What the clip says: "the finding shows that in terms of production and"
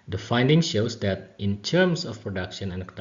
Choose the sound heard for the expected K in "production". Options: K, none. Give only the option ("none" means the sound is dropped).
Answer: K